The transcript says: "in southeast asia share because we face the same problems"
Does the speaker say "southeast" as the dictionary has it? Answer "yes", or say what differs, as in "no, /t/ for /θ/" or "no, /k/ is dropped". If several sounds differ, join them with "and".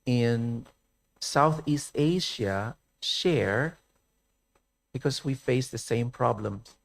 yes